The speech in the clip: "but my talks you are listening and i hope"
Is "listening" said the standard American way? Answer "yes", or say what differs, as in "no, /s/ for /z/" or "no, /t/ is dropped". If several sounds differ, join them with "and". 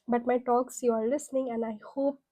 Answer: yes